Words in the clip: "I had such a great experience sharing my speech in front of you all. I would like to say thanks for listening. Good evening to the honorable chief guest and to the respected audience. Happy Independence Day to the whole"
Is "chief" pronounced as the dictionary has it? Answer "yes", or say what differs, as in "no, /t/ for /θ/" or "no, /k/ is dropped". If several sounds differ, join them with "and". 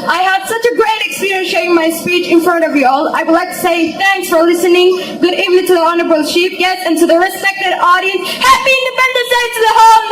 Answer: no, /ʃ/ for /tʃ/ and /p/ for /f/